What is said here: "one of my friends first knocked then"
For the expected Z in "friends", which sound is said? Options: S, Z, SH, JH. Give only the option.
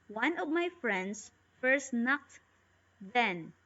S